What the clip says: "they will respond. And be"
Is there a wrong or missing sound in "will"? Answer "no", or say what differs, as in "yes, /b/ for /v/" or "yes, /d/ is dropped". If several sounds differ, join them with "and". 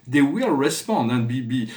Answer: no